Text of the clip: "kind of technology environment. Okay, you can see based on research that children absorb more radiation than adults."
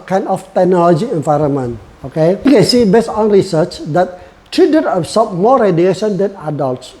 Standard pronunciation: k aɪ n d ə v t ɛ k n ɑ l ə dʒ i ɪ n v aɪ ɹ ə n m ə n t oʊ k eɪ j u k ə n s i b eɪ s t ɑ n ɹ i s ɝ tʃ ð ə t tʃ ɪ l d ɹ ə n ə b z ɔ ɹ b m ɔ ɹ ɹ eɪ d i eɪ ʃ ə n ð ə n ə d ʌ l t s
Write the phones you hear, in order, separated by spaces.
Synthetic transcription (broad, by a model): k aɪ n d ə f t ɛ k n ɑ l ə dʒ i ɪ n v aɪ ɹ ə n m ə n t oʊ k eɪ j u k ə n s i b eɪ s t ɑ n ɹ i s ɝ tʃ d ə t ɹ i d ə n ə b s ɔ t m ɔ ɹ ɹ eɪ d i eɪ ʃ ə n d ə n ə d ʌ l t s